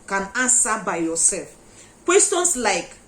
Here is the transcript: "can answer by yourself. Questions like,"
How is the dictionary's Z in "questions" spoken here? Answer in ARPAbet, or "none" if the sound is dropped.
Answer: S